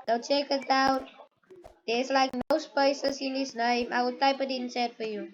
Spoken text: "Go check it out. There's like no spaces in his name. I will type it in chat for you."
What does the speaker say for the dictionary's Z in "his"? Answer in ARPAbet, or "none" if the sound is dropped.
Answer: S